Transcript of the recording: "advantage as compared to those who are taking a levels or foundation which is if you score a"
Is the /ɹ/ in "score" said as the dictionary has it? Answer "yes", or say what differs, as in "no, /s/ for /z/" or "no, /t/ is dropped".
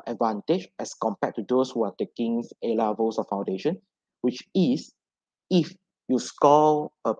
no, /l/ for /ɹ/